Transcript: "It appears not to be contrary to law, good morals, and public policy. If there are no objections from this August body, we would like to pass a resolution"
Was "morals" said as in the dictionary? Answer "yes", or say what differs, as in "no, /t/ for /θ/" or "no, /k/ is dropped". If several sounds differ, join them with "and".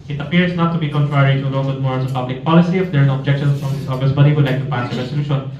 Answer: no, /l/ is dropped